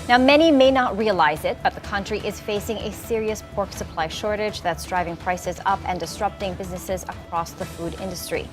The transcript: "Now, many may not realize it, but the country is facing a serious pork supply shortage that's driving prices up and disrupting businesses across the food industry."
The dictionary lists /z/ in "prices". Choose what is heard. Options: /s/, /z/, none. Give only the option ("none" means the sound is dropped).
/z/